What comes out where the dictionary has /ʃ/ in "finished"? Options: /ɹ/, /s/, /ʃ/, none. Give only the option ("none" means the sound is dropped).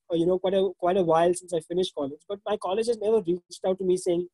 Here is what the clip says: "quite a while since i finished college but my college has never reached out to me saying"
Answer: /ʃ/